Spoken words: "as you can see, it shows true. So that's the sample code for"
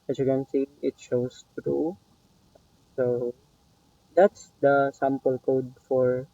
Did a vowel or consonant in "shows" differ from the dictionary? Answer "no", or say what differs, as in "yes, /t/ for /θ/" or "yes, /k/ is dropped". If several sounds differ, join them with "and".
yes, /s/ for /z/